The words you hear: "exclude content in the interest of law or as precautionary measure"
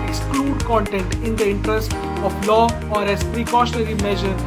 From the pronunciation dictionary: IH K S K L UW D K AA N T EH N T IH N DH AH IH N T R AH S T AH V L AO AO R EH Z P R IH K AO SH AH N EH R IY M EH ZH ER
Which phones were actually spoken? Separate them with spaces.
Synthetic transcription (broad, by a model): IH K S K L UW D K AA N T EH N T IH N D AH IH N T R AH S T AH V L AO AO R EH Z P R IH K AO SH AH N EH R IY M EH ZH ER